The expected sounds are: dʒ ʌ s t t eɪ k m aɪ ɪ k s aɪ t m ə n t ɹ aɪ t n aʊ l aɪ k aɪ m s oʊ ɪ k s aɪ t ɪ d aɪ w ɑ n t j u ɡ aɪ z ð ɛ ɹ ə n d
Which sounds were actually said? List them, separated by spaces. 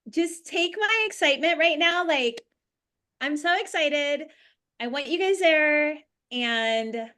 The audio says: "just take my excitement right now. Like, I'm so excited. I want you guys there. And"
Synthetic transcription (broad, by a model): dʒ ʌ s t t eɪ k m aɪ ɪ k s aɪ t m ə n t ɹ aɪ t n aʊ l aɪ k aɪ m s oʊ ɪ k s aɪ t ɪ d aɪ w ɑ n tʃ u ɡ aɪ z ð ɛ ɹ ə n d